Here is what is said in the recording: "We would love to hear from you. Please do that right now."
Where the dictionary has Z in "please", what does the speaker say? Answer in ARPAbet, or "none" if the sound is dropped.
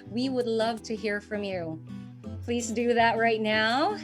Z